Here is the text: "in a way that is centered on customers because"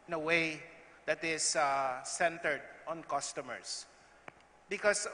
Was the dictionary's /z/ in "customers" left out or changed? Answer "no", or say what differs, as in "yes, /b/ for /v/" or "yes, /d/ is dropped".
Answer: yes, /s/ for /z/